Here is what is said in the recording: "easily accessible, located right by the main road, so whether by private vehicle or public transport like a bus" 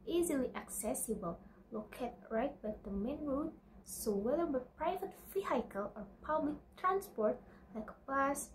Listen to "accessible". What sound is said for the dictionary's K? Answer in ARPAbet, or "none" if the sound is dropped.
K